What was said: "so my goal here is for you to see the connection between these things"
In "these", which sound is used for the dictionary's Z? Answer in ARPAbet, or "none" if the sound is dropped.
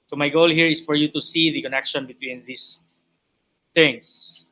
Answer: S